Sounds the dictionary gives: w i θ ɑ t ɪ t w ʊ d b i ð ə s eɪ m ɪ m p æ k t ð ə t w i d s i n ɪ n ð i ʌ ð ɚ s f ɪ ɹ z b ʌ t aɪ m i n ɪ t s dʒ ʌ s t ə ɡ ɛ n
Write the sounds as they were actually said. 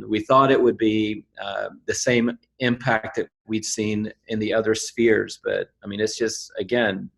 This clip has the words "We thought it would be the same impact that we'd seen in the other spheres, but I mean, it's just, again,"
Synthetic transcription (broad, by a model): w i θ ɑ t ɪ t w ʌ d b i ð ə s eɪ m ɪ m p æ k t ð ə t w i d s i n ɪ n ð i ʌ ð ɚ s f ɪ ɹ z b ʌ t aɪ m i n ɪ t s dʒ ʌ s t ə ɡ ɛ n